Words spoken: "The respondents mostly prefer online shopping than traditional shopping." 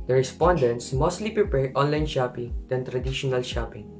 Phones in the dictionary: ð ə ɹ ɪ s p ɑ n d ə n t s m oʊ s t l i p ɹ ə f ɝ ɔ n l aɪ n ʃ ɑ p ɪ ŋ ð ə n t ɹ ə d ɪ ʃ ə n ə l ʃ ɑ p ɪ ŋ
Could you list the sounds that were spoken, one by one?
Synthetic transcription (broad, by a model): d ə ɹ ɪ s p ɑ n d ə n t s m oʊ s t l i p ɹ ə p ɝ ɔ n l aɪ n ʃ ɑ p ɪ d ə n t ɹ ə d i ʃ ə n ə l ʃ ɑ p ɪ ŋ